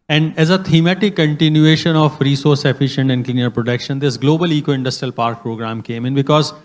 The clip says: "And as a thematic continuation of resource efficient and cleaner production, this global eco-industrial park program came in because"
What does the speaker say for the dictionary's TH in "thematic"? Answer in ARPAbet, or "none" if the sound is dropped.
T